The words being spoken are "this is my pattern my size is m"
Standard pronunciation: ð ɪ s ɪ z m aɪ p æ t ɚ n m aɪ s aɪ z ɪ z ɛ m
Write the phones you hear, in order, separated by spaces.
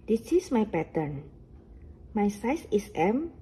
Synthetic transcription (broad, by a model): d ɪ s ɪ s m aɪ p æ t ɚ n m aɪ s aɪ s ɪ s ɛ m